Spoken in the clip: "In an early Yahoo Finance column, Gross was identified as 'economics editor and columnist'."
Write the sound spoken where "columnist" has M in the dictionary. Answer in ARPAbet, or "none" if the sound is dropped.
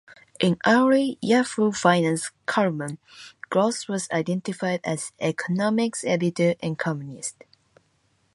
none